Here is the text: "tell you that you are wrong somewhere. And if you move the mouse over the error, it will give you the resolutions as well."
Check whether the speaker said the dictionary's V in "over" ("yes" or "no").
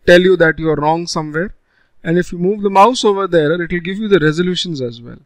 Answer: yes